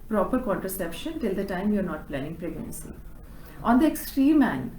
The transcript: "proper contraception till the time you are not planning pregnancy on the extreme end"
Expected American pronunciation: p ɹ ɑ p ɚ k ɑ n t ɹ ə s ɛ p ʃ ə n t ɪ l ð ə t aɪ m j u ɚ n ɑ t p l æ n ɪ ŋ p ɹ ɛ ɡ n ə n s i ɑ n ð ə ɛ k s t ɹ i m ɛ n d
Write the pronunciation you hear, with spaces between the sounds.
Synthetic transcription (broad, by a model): p ɹ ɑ p ɚ k ɑ n t ɹ ə s ɛ p ʃ ə n t ɪ l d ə t aɪ m j u ɚ n ɑ t p l æ n ɪ ŋ p ɹ ɛ ɡ n ə n s i ɑ n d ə ɛ k s t ɹ i m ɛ n